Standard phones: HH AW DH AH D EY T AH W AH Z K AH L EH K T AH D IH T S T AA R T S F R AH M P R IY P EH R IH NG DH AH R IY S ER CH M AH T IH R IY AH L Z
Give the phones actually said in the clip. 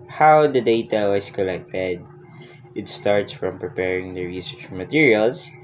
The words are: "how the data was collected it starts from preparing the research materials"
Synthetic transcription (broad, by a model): HH AW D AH D EY T AH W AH S K AH L EH K T AH D IH T S T AA R T S F R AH M P R IY P EH R IH NG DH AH R IY S ER CH M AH T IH R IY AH L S